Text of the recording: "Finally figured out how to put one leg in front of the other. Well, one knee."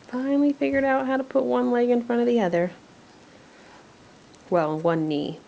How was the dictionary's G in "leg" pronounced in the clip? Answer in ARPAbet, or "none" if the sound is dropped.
G